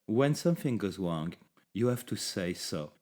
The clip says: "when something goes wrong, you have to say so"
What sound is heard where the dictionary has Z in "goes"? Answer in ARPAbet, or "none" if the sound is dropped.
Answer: Z